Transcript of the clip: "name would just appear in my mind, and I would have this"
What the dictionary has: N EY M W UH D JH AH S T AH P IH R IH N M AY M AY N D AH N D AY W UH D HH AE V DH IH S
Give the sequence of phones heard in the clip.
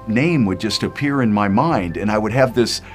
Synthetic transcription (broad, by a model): N EY M W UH D JH AH S T AH P IH R IH N M AY M AY N D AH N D AY W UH D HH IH V DH IH S